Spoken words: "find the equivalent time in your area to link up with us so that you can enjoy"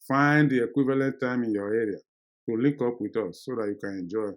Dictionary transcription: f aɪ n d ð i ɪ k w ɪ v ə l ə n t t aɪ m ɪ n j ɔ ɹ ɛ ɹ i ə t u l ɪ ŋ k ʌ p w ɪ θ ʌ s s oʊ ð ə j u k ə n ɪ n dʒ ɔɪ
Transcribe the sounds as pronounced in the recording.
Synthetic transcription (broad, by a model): f aɪ n d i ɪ k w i v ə l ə n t t aɪ m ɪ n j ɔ ɛ ɹ i ə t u l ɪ k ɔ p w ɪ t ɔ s s oʊ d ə j u k ə n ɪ n dʒ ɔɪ